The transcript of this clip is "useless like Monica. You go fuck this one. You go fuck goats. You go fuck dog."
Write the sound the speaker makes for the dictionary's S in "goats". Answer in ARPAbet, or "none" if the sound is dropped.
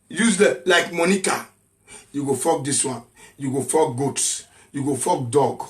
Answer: S